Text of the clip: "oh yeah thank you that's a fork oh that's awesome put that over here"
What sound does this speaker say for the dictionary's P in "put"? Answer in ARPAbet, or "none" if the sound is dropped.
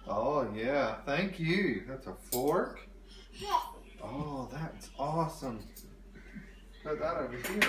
B